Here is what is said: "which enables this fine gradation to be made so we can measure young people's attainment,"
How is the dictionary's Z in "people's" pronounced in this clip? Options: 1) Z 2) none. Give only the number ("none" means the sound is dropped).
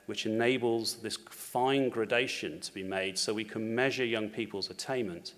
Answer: 1